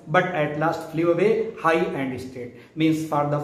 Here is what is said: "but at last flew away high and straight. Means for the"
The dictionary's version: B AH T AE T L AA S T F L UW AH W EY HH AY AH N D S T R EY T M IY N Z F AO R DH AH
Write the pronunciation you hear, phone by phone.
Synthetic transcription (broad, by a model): B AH T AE T L AA S T F L UW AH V EY HH AY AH N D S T EY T M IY N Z F AO R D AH